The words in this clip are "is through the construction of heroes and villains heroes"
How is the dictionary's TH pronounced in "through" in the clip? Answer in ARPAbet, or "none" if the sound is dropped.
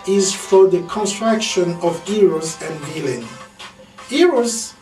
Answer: F